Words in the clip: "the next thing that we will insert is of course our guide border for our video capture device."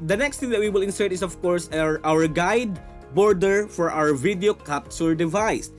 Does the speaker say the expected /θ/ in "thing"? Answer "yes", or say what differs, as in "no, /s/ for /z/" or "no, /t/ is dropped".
no, /t/ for /θ/